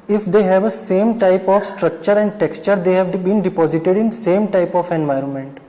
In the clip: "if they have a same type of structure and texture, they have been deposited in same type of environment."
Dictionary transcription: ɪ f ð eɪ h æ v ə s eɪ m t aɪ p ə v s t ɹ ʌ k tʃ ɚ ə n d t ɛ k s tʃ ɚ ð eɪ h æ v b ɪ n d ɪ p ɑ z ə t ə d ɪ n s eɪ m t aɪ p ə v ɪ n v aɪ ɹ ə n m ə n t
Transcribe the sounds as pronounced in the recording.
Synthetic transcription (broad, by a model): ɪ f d eɪ h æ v ə s eɪ m t aɪ p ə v s t ɹ ʌ k tʃ ɚ ə n d t ɛ k s tʃ ɚ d eɪ h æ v b ɪ n d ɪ p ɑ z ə t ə d ɪ n s eɪ m t aɪ p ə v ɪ n v aɪ ɹ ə n m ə n t